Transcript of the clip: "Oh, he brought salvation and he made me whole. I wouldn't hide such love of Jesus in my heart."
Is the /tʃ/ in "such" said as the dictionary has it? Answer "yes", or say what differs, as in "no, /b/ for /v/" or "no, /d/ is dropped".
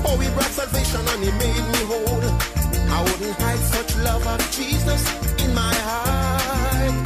yes